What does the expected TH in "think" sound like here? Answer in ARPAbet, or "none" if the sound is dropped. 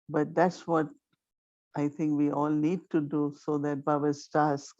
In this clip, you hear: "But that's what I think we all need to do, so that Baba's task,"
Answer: T